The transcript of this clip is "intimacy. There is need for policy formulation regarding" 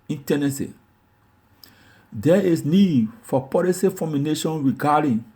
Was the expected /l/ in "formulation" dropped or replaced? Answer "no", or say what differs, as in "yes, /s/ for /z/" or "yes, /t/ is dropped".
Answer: yes, /n/ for /l/